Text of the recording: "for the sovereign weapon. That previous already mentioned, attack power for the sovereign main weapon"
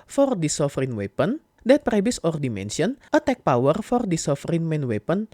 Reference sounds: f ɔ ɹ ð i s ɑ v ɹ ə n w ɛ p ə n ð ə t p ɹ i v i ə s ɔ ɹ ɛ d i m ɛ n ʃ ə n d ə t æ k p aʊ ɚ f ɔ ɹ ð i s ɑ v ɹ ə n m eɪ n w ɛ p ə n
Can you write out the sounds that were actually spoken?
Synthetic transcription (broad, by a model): f ɔ ɹ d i s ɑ f ɹ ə n w ɛ p ə n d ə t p ɹ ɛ b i s ɔ ɹ d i m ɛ n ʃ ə n ə t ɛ k p aʊ ɚ f ɔ ɹ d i s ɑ f ɹ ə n m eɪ n w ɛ p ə n